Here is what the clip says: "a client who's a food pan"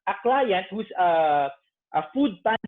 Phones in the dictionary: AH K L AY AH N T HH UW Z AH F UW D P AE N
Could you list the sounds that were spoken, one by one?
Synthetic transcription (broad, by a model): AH K L AY AH N T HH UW S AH F UW D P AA